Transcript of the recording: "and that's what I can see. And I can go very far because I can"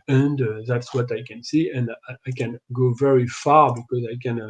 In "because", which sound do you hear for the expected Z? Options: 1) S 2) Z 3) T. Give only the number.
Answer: 2